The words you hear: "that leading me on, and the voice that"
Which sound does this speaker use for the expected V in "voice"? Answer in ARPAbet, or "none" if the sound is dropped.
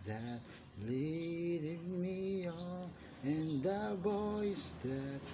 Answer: B